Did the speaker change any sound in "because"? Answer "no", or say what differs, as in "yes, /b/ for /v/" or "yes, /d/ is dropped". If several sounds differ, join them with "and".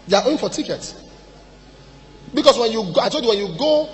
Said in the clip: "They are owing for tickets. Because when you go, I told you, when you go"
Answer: yes, /s/ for /z/